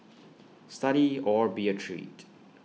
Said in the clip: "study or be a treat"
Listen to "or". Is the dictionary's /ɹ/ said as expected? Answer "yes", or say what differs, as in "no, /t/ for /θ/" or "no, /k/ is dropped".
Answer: yes